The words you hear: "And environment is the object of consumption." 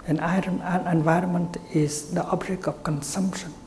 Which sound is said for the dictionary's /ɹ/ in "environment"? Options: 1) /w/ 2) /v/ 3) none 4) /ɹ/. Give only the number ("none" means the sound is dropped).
4